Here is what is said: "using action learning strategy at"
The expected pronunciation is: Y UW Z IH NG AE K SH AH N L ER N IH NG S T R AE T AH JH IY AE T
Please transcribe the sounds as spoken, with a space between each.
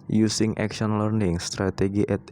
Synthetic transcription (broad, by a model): Y UW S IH NG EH K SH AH N L ER N IH NG S T R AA T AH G IY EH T